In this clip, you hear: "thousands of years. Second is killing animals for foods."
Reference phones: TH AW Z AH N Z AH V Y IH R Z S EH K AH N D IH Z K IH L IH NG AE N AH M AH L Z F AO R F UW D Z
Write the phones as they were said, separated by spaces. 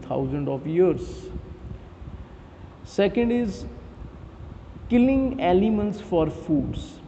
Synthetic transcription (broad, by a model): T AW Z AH N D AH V Y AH R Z S EH K AH N D IH Z K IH L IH NG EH L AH M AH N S F AO R F UW D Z